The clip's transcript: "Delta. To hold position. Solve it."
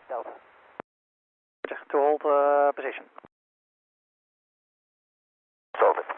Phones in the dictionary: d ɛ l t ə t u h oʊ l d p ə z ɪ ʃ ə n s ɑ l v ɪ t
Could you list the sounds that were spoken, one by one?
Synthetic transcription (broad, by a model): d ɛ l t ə t u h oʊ l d p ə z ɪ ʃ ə n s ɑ v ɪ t